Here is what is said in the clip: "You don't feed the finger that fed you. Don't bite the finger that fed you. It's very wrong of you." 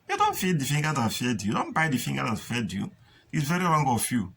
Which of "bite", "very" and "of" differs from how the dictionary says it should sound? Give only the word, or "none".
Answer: of